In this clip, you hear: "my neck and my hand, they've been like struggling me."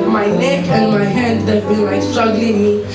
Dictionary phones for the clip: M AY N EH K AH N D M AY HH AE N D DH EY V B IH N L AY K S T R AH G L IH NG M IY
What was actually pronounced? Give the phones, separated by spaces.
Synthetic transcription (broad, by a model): M AY N EH K AH N D M AY HH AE N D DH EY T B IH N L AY S T R AH G L IH NG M IY